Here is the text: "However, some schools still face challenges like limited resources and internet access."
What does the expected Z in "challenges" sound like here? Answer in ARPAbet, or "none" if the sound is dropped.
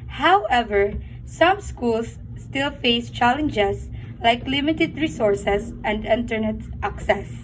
S